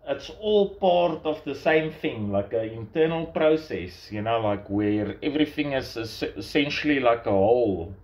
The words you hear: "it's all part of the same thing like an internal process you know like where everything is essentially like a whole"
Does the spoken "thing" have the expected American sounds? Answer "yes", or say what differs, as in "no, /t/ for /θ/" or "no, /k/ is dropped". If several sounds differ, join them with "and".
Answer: yes